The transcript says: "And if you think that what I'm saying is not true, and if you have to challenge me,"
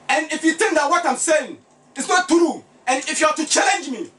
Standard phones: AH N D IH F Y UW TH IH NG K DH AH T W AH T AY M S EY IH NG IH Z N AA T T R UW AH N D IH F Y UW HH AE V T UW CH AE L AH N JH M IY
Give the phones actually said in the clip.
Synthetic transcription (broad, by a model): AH N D IH F Y UW T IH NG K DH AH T W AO T AY M S EY IH NG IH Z N AA T T R UW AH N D IH F Y UW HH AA T UW CH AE L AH N JH M IY